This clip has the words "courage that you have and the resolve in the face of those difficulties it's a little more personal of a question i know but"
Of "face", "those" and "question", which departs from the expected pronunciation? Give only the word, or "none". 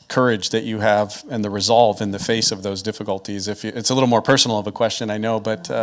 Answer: none